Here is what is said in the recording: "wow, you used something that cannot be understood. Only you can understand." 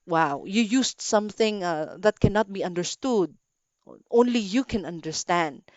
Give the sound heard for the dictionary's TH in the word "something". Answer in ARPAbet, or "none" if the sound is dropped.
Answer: TH